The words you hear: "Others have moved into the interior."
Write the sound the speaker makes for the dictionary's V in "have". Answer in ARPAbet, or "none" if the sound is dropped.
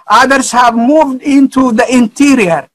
V